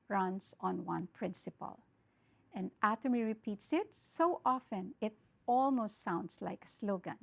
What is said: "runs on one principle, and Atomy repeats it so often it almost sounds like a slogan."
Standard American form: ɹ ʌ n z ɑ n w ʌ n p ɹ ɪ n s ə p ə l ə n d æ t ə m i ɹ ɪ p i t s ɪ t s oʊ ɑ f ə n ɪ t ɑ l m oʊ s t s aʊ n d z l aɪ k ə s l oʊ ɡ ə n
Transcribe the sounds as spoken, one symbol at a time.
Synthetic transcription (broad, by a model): ɹ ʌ n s ɑ n w ʌ n p ɹ ɪ n s ə p ə l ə n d æ t ə m i ɹ ɪ p i t s ɪ t s oʊ ɑ f ə n ɪ t ɑ l m oʊ s t s aʊ n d s l aɪ k ə s l oʊ ɡ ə n